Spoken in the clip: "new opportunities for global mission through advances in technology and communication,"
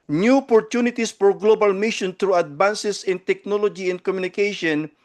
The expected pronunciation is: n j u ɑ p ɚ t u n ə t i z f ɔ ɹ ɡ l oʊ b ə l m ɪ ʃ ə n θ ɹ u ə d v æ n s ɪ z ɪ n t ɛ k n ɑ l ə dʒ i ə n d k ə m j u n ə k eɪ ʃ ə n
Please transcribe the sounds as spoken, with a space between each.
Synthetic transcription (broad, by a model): n j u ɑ p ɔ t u n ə t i s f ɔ ɹ ɡ l oʊ b ə l m ɪ ʃ ə n t ɹ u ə d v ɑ n s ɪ s ɪ n t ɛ k n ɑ l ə dʒ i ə n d k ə m j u n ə k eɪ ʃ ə n